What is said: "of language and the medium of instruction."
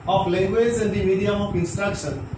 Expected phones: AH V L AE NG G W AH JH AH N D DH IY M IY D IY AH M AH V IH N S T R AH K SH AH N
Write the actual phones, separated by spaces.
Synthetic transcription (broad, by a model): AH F L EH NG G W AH Z AH N D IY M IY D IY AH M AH F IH N S T R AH K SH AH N